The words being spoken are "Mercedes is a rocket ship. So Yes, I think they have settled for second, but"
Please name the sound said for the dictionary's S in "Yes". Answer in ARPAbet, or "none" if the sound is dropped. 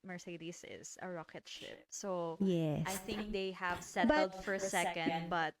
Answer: none